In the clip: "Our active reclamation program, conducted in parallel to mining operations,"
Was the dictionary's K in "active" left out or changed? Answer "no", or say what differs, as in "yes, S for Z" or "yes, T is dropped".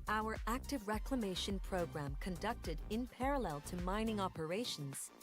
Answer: no